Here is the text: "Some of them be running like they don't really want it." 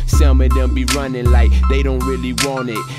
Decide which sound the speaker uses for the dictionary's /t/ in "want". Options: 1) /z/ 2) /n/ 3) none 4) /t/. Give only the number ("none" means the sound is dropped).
3